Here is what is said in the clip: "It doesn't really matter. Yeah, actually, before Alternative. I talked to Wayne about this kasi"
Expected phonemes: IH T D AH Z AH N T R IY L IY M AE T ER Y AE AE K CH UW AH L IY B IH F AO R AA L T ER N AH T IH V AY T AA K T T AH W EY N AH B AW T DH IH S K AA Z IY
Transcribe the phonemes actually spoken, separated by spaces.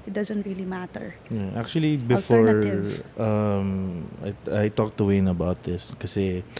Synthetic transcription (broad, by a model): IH T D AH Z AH N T R IY L IY M AE T ER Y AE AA K CH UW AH L IY B IH F AO R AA T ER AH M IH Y AY T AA K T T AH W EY N AH B AW T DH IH S K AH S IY